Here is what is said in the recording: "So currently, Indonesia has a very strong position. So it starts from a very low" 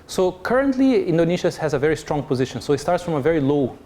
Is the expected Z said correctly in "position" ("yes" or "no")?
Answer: yes